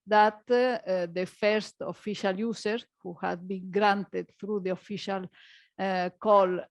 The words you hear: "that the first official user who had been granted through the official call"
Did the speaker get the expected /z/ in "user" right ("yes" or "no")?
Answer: no